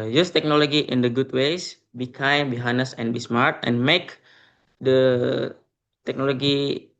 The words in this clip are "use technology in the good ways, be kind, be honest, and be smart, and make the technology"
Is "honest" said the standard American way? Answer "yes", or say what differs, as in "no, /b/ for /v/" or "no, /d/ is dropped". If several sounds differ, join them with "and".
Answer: no, /t/ is dropped